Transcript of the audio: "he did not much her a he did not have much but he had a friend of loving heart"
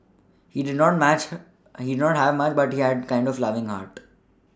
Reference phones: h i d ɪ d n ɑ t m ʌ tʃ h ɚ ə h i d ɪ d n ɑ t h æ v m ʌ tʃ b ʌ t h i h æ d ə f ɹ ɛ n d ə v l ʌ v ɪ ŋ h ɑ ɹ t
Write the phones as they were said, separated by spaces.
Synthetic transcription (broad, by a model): h i d ɪ d n ɑ t m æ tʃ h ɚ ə h i d ɪ d n ɑ t h æ v m ʌ tʃ b ʌ t h i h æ d ə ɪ n d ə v l ʌ v ɪ ŋ h ɑ ɹ t